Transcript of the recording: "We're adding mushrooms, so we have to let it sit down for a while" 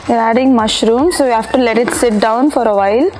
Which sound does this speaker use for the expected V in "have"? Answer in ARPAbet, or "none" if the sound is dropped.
F